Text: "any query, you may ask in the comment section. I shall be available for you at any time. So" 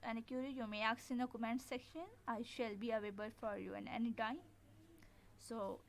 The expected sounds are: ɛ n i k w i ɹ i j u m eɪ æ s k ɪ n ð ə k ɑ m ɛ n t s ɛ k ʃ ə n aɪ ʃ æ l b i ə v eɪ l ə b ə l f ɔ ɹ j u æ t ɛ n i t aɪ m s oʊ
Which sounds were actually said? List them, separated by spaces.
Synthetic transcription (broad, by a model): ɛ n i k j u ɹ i j u m eɪ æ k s ɪ n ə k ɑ m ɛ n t s ɛ k ʃ ə n aɪ ʃ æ l b i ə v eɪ b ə l f ɔ ɹ j u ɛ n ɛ n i t aɪ m s oʊ